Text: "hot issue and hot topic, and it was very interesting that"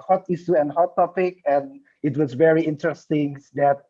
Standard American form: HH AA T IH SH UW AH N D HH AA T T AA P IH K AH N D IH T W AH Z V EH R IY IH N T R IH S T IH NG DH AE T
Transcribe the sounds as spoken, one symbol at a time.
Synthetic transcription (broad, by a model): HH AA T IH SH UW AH N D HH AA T T AA P IH K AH N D IH T W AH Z V EH R IY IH N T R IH S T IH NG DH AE T